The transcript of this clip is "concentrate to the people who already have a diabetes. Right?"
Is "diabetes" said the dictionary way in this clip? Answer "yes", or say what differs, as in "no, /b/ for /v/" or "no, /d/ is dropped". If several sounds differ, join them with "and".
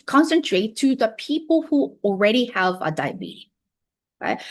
no, /z/ is dropped